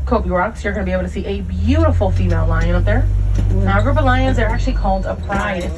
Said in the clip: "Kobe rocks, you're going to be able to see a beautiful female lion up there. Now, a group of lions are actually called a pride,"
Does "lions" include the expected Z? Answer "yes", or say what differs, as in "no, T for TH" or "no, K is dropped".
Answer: yes